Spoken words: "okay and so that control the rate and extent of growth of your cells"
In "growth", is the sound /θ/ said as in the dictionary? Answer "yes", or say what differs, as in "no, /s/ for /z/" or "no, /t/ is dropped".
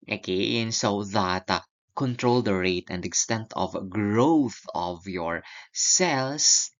yes